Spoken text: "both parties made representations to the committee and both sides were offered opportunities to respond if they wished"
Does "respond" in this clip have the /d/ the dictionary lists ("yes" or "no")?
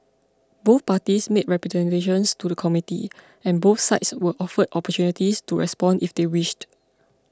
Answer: yes